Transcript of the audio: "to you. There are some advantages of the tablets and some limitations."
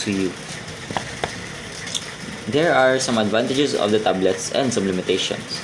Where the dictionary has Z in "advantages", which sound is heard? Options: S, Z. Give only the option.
S